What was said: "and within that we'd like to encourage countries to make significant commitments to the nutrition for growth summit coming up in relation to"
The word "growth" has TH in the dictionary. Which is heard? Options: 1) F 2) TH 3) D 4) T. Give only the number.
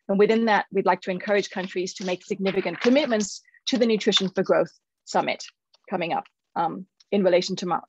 2